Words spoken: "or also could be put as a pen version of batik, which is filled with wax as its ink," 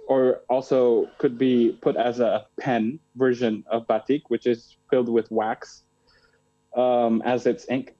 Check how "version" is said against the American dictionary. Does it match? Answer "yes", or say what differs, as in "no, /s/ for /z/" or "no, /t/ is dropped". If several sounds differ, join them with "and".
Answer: yes